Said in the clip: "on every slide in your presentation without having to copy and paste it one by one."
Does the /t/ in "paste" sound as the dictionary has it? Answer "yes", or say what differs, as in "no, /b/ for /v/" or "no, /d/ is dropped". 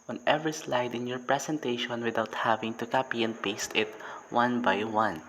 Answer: yes